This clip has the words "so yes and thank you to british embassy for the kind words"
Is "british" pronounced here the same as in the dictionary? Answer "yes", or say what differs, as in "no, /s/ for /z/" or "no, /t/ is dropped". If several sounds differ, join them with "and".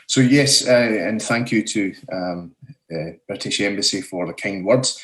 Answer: yes